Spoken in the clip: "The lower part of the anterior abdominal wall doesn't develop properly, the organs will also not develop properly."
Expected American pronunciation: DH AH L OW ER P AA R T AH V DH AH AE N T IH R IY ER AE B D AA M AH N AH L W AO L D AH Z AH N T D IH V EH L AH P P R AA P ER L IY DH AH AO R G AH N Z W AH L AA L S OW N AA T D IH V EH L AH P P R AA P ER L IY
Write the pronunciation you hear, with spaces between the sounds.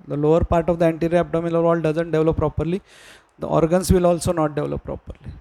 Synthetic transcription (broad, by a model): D AH L OW ER P AA R T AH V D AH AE N T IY R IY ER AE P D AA M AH L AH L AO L D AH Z AH N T D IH V L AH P P R AA P ER L IY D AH AO R G AH N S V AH L AA L S OW N AA T D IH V L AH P P R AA P ER L IY